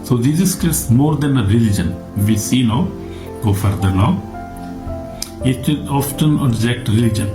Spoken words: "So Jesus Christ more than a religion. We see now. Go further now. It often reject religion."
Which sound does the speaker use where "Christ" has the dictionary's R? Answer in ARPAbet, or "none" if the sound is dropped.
none